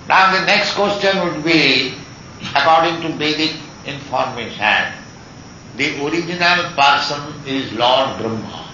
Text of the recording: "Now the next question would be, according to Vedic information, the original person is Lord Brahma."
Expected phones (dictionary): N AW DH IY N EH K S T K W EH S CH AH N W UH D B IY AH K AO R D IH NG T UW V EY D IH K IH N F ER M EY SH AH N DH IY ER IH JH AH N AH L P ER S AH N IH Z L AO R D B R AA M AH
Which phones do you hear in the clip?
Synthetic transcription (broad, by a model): N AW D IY N EH K S T K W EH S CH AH N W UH D B IY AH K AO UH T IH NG T UW B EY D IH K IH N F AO M EY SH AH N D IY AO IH JH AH N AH L P ER S AH N IH Z L AO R D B R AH M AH